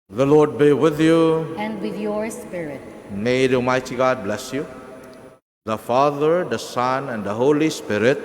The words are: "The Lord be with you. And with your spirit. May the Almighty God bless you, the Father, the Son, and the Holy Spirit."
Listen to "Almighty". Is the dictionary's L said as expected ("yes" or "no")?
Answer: no